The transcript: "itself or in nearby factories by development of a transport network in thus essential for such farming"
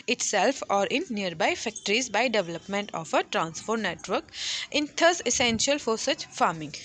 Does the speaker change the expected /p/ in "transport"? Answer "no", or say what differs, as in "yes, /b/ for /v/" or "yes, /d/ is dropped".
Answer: yes, /f/ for /p/